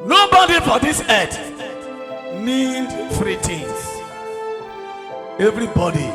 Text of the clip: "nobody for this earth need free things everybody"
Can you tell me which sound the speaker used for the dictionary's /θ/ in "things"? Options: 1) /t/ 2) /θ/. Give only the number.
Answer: 1